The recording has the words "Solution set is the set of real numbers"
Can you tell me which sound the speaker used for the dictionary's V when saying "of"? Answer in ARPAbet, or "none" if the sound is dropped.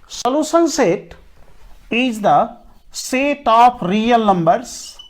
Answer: P